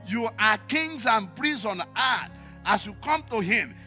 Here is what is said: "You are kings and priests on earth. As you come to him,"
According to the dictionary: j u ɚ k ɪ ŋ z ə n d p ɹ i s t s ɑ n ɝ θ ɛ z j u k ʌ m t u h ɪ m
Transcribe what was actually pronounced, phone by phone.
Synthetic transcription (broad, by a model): j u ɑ k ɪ ŋ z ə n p ɹ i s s ɑ n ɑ t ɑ s j u k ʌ m t u h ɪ m